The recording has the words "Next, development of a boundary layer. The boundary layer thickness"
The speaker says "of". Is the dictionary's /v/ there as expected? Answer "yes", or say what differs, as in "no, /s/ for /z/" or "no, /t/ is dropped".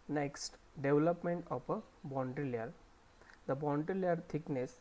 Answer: no, /p/ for /v/